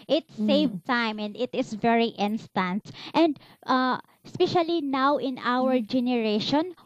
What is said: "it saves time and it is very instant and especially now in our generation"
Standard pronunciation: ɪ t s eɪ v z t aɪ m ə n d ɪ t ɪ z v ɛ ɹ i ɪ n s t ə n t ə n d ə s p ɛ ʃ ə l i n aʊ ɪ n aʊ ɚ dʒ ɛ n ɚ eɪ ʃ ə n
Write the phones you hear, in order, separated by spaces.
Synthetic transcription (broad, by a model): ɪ t s eɪ v t aɪ m ə n d ɪ t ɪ s v ɛ ɹ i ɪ n s t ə n t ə n d ə s p ɛ ʃ ə l i n aʊ ɪ n aʊ ɚ dʒ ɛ n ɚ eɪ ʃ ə n